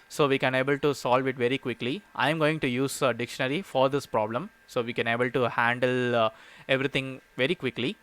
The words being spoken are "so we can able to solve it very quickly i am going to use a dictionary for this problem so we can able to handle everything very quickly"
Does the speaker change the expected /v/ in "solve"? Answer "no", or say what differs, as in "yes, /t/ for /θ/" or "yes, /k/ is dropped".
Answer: no